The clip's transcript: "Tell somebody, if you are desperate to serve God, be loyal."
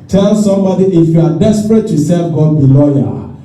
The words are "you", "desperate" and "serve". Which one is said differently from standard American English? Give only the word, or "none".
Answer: serve